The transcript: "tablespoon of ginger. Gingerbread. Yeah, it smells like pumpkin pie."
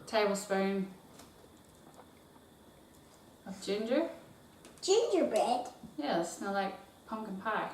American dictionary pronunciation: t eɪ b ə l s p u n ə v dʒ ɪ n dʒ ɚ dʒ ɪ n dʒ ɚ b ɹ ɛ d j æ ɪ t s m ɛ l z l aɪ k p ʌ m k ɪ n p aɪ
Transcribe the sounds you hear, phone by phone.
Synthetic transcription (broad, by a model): t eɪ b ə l s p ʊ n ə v dʒ ɪ n dʒ ɚ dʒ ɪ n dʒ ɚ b ɛ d j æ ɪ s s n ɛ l l aɪ k p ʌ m k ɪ n p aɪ